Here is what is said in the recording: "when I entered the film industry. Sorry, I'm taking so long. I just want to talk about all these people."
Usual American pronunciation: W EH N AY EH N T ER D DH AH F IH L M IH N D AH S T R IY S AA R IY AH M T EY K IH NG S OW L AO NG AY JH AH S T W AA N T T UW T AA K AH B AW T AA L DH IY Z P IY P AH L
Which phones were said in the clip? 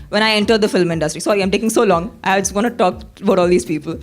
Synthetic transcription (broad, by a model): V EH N AY EH N T ER D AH F IH L M IH N D AH S T R IY S AA IY AH M T EY K IH NG S OW L AO NG AY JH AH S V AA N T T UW T AA K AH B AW T AA L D IY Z P IY P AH L